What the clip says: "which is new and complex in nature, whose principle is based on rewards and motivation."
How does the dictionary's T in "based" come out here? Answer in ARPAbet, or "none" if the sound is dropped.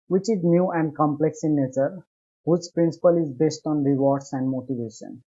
T